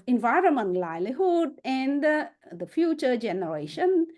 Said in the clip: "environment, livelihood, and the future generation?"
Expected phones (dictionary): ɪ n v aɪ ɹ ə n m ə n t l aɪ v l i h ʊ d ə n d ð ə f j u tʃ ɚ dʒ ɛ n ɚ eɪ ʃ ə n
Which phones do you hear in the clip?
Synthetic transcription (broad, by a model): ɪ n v aɪ ɹ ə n m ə n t l aɪ l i h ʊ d ə n d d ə f j u tʃ ɚ dʒ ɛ n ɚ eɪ ʃ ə n